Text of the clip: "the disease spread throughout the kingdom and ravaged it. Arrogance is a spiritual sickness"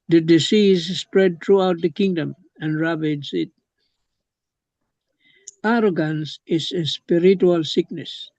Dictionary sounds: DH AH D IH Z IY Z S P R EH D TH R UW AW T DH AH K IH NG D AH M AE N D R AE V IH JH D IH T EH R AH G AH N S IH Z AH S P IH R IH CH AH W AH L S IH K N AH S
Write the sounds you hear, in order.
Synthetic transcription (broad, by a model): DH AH D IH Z IY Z S P R EH D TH R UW AW T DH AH K IH NG D AH M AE N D R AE B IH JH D IH T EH R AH G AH N S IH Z AH S P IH R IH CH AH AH L S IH K N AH S